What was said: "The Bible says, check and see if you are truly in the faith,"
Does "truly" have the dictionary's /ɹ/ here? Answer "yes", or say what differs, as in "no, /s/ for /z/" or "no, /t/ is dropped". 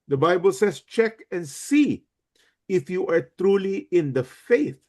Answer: yes